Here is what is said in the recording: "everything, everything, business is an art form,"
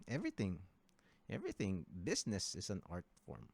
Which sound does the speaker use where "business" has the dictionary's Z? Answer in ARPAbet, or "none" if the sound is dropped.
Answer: S